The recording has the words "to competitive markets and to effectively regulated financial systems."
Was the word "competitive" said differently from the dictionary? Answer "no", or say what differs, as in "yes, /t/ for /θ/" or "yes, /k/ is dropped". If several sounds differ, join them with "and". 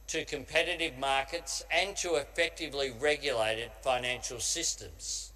no